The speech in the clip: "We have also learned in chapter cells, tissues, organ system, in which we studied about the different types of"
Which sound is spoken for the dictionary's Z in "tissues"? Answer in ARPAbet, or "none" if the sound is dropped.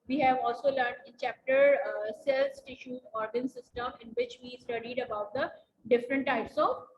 none